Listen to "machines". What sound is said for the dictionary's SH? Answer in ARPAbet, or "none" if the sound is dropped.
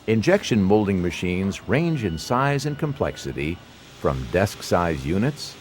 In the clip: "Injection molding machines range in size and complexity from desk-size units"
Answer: SH